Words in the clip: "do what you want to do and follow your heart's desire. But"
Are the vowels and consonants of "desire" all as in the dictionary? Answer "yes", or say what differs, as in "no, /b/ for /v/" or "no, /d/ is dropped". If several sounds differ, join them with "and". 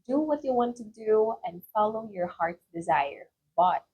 yes